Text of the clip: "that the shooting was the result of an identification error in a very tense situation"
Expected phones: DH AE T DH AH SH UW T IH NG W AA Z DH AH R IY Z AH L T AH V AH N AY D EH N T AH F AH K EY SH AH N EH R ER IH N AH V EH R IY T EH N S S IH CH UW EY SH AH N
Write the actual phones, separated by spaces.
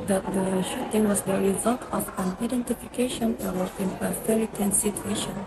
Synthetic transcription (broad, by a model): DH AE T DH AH SH UW T IH NG W AA Z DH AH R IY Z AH L T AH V AH N AY D EH N T AH F AH K EY SH AH N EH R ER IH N AH F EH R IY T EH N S S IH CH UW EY SH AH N